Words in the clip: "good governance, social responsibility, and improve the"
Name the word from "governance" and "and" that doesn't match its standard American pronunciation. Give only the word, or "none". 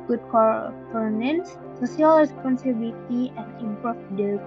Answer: governance